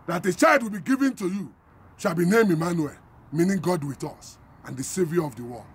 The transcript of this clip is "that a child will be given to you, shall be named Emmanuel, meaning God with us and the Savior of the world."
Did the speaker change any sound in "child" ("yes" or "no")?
no